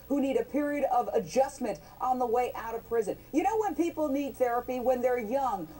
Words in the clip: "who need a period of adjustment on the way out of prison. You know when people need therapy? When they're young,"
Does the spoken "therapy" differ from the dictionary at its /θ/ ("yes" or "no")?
no